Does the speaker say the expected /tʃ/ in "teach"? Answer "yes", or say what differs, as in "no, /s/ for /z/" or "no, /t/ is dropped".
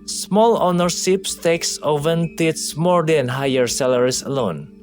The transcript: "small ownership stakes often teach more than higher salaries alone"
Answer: no, /s/ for /tʃ/